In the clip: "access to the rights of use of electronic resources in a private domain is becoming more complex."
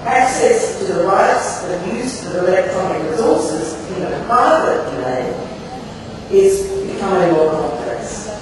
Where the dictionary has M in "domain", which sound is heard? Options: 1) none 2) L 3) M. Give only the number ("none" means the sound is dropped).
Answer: 1